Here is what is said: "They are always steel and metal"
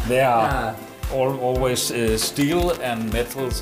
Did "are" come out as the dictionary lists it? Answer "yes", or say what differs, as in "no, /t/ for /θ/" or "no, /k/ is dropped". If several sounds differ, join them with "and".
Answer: no, /l/ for /ɹ/